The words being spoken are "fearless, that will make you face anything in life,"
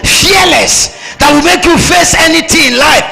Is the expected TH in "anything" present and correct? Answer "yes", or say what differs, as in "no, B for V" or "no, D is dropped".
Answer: no, T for TH